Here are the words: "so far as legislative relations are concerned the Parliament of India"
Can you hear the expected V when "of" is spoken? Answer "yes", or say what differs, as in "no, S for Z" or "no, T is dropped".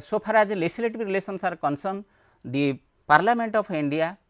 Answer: no, P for V